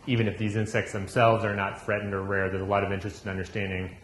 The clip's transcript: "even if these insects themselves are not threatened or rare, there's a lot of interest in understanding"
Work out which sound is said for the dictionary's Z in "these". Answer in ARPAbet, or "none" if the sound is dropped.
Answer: Z